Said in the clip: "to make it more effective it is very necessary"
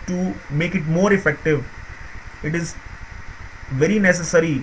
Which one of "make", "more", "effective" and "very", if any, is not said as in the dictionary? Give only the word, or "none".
none